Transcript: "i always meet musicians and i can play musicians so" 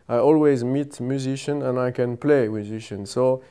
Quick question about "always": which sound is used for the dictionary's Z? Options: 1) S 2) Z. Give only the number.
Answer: 2